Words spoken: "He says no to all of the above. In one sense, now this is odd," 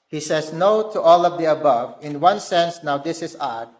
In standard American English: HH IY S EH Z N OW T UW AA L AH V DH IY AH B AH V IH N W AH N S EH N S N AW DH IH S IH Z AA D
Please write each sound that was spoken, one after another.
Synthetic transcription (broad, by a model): HH IY S EH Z N OW T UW AA L AH V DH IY AH B AH V IH N W AH N S EH N S N AW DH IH S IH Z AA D